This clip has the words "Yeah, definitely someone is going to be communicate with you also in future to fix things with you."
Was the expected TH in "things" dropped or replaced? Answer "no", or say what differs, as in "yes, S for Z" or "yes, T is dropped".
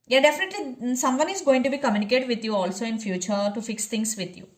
yes, T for TH